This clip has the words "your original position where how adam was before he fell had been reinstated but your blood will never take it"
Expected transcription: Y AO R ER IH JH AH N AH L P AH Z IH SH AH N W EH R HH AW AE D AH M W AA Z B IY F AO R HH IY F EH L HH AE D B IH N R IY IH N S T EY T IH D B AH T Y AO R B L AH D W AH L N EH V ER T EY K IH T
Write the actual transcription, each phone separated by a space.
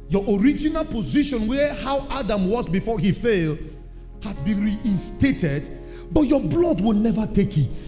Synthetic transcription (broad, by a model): Y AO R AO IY JH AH N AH L P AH Z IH SH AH N W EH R HH AW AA D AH M W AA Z B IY F AO HH IY F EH L HH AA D B IH N R IY IH N S T EY T IH D B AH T Y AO B L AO D W AH L N EH V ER T EY K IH T